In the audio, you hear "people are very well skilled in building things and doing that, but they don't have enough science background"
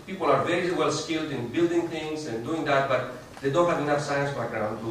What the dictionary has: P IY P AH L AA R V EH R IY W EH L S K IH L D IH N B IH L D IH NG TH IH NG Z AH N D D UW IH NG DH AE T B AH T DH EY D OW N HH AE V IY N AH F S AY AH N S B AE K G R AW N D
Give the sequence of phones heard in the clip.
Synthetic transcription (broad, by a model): P IY P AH L AA R V EH R IY W EH L S K IH L D IH N B IH L D IH NG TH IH NG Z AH N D D UW IH NG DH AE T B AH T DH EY D OW N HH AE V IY N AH F S AY AH N S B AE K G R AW N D